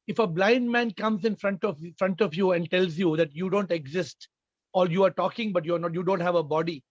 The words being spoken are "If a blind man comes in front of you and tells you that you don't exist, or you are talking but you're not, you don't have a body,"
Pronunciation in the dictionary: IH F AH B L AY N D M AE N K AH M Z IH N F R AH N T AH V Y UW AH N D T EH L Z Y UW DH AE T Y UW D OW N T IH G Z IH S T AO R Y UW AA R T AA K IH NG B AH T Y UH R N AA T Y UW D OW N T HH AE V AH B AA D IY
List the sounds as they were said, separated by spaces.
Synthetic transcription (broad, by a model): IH F AH B L AY N D M AE N K AH M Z IH N F R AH N T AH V Y UW AH N D T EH L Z Y UW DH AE T Y UW D OW N T IH G Z IH S T AO L Y UW AA R T AA K IH NG B AH T Y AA R N AA T Y UW D OW N T HH AE V AH B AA D IY